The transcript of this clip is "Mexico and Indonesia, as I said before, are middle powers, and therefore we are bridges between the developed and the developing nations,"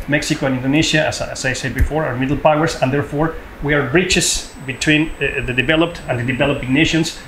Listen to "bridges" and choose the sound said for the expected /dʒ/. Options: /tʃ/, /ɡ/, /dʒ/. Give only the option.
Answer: /tʃ/